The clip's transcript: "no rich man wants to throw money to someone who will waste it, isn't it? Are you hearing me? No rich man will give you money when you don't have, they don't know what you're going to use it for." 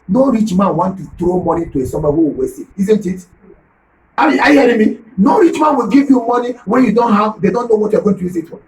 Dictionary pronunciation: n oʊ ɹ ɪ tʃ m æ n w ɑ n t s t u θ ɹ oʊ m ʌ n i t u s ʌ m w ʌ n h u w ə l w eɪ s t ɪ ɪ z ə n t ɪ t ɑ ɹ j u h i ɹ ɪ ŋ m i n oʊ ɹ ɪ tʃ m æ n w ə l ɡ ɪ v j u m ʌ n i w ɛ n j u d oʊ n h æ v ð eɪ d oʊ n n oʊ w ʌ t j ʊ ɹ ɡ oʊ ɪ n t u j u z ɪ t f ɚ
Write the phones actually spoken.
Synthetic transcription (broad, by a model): n oʊ ɹ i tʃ m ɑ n w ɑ n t t u t ɹ oʊ m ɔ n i t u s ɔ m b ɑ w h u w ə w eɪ s ɪ ɪ z ə n t ɪ t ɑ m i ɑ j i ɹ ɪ m i n oʊ ɹ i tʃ m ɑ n w ə l ɡ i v j u m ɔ n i w ɛ n j u d oʊ n h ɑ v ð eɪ d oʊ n n oʊ w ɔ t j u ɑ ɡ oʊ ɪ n t u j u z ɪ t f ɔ